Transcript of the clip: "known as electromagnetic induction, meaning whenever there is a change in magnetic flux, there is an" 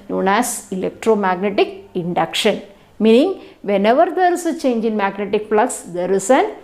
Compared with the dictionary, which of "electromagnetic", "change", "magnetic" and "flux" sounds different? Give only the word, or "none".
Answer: flux